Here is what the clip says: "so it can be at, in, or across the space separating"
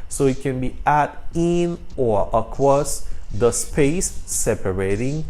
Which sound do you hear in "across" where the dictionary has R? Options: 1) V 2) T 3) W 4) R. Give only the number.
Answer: 3